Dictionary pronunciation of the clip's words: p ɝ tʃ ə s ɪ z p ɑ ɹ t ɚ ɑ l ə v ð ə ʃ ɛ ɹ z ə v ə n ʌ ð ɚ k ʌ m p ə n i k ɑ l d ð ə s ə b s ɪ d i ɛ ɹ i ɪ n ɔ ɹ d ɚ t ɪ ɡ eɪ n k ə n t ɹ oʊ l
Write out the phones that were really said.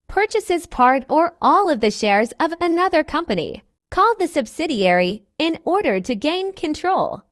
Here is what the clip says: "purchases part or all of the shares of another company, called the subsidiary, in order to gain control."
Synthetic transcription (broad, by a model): p ɝ tʃ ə s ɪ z p ɑ ɹ t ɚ ɑ l ə v ð ə ʃ ɛ ɹ z ə v ə n ʌ ð ɚ k ʌ m p ə n i k ɑ l d ð ə s ə b s ɪ d i ɛ ɹ i ɪ n ɔ ɹ d ɚ t ɪ ɡ eɪ n k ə n t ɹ oʊ l